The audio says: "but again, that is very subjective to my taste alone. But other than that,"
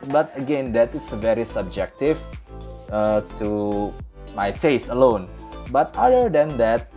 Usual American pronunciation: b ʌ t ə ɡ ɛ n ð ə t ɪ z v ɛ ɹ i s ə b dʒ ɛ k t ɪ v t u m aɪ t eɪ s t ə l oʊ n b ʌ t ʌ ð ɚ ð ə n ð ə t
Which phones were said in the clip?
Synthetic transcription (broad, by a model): b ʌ t ə ɡ ɛ n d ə t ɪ s v ɛ ɹ i s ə b dʒ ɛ k t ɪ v t u m aɪ t eɪ s t ə l oʊ n b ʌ t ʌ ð ɚ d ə n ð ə t